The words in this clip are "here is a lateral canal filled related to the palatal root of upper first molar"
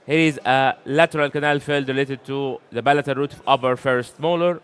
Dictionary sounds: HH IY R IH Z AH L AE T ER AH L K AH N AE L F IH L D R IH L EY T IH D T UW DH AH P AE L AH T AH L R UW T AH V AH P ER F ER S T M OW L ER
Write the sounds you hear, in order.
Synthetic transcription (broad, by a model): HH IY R IH Z AH L AE T ER AH L K AH N AE L F IH L D R IH L EY T IH D T UW DH AH B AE L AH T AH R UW T AH V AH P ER F ER S T M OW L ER